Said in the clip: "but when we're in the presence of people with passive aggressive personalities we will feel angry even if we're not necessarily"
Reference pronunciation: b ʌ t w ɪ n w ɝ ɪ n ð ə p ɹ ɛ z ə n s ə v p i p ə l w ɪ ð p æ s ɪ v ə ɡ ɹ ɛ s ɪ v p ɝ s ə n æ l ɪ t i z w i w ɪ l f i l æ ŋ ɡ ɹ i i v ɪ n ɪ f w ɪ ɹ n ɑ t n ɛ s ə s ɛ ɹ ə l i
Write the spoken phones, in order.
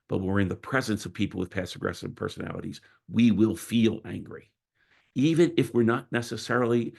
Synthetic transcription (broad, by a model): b ʌ t w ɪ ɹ ɪ n ð ə p ɹ ɛ z ə n s ə v p i p l w ɪ ð p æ s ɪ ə ɡ ɹ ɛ s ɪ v p ɝ s ə n æ l ɪ t i z w i w ɪ l f i l æ ŋ ɡ ɹ i i v ɪ n ɪ f w ɪ ɹ n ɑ t n ɛ s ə s ɛ ɹ l i